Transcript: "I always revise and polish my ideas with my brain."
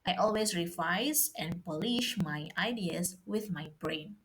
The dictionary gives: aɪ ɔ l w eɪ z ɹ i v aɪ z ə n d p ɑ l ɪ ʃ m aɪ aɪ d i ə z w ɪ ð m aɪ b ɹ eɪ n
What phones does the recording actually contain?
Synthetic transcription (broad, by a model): aɪ ɔ l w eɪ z ɹ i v aɪ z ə n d p ɑ l ɪ ʃ m aɪ aɪ d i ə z w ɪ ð m aɪ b ɹ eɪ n